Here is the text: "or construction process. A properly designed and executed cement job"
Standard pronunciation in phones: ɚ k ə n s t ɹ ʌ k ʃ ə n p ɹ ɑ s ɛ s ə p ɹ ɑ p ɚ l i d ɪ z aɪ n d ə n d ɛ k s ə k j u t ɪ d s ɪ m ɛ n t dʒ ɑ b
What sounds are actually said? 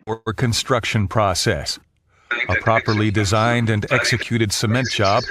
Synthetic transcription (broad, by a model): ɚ k ə n s t ɹ ʌ k ʃ ə n p ɹ ɑ s ɛ s ə p ɹ ɑ p ɚ l i d ɪ z aɪ n d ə n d ɛ k s ə k j u t ɪ d s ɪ m ɛ n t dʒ ɑ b